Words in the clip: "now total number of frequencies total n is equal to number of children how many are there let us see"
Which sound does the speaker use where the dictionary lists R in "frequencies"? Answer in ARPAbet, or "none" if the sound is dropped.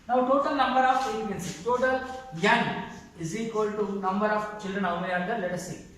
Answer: none